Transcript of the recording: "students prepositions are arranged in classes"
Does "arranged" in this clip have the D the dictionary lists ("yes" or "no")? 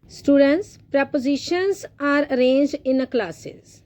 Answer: no